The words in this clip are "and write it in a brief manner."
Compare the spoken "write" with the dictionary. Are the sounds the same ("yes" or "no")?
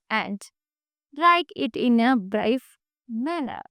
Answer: no